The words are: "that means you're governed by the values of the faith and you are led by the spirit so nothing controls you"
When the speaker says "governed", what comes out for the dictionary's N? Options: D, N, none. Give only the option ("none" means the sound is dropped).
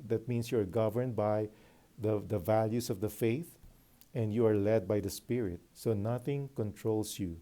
N